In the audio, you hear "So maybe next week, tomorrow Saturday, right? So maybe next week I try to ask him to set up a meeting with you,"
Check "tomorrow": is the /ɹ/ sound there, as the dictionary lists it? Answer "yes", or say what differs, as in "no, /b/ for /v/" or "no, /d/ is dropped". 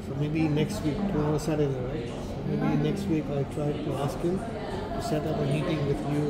no, /ɹ/ is dropped